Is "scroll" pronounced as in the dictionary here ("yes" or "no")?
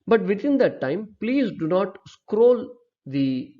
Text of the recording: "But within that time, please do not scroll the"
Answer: yes